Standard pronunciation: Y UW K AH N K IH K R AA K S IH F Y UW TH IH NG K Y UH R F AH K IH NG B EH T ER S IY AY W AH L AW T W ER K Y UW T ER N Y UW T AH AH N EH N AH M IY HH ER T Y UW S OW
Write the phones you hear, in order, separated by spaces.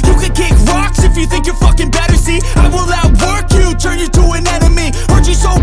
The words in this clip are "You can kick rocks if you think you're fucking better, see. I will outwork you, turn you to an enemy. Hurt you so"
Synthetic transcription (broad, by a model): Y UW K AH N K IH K R AA K S IH F Y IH TH IH NG K Y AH R F AH K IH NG B EH T ER S IY AY W AH L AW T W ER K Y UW T ER N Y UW T AH AH N EH N AH M IY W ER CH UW S OW